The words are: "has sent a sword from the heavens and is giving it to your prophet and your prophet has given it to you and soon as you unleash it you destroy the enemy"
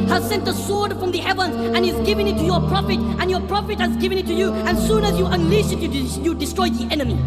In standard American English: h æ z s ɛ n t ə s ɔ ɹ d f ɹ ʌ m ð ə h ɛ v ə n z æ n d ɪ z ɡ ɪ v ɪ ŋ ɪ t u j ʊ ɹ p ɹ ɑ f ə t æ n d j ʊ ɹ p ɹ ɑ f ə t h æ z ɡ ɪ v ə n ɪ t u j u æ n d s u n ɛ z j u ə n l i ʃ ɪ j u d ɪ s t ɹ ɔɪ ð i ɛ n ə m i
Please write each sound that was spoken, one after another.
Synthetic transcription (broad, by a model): h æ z s ɛ n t ə s ɔ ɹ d f ɹ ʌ m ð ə h ɛ v ə n z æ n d ɪ z ɡ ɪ v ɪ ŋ ɪ t u j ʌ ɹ p ɹ ɑ f ə t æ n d j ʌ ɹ p ɹ ɑ f ə t h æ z ɡ ɪ v ə n ɪ t u j u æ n s u n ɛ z j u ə n l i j ɪ j u d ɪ s t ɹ ɔɪ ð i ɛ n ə m i